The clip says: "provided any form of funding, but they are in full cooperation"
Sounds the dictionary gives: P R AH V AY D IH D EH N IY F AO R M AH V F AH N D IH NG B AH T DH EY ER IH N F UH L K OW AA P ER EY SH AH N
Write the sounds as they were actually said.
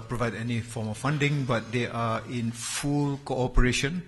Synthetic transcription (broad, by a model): P R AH V AY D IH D EH N IY F AO M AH F F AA N D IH NG B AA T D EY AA IH N F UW L K OW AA P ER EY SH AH N